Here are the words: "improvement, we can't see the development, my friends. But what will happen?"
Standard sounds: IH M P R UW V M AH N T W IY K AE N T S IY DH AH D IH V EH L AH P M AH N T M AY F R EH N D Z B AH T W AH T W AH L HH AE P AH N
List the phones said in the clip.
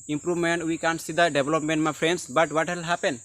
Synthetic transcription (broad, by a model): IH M P R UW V M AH N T W IY K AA N S IY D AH D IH B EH L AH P M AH N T M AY P R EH N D S B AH T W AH T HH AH L HH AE P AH N